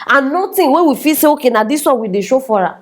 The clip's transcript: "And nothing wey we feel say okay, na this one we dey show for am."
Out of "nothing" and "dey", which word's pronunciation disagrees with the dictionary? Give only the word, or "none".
nothing